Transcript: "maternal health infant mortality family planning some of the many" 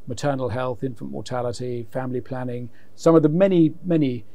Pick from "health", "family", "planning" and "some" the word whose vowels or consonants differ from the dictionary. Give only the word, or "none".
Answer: none